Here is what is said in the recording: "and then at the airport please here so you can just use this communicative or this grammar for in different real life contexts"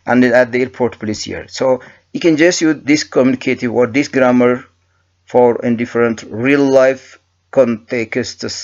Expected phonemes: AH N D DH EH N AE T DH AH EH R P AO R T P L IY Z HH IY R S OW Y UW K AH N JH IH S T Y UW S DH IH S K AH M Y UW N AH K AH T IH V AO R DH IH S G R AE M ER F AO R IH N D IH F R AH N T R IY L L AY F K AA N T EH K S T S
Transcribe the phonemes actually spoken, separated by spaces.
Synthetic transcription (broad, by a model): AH N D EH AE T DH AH EH R P AO R T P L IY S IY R S OW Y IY K AH N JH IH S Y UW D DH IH S K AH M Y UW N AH K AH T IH W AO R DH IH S G R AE M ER F AO R IH N D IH F R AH N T R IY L L AY F K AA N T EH K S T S